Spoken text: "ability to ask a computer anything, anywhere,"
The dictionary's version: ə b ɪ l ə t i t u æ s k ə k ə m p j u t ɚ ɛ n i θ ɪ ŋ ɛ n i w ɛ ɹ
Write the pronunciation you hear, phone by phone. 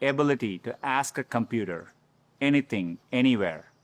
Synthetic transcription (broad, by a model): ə b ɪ l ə t i t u æ s k ə k ə m p j u t ɚ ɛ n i t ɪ ŋ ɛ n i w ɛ ɹ